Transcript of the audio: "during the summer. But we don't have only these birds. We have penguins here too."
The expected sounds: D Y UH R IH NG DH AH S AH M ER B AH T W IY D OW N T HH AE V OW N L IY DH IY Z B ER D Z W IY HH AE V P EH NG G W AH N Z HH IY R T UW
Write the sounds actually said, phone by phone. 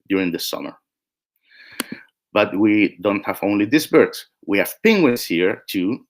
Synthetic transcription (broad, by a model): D Y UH R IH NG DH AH S AH M ER B AH T W IY D OW N T HH AE V OW N L IY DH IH S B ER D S W IY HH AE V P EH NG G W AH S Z HH IY R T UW